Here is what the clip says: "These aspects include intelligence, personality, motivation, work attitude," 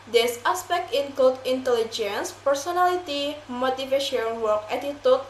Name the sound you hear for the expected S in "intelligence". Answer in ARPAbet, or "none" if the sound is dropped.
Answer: S